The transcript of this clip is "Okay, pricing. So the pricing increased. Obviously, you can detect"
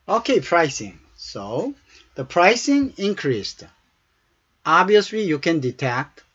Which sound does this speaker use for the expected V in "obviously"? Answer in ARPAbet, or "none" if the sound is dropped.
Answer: none